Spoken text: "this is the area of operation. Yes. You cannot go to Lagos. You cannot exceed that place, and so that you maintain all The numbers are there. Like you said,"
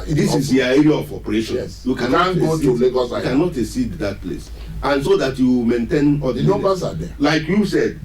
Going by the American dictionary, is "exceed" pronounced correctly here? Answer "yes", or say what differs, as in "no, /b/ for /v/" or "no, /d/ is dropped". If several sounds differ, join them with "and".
no, /k/ is dropped